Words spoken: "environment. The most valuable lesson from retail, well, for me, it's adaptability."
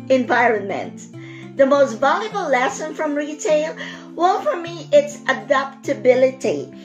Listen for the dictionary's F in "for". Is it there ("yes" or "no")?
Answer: yes